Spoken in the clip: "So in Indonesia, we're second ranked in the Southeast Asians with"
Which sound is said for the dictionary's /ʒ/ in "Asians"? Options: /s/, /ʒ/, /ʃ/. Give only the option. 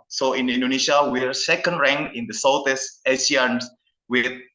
/s/